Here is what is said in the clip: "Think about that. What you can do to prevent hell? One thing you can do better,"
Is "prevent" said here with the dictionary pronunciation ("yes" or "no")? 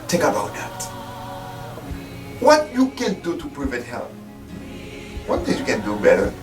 no